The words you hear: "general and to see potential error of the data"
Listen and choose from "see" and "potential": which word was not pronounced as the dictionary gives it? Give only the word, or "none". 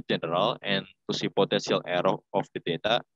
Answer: potential